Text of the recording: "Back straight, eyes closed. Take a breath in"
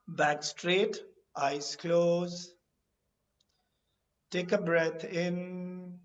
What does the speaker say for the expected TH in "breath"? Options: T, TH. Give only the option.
T